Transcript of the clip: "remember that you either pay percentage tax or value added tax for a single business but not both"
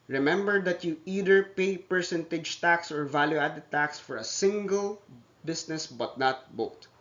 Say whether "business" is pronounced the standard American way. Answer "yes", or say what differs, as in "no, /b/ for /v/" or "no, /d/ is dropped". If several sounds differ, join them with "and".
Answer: no, /s/ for /z/